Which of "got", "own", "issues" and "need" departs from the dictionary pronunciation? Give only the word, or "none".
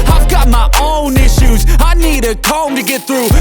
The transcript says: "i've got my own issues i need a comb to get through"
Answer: none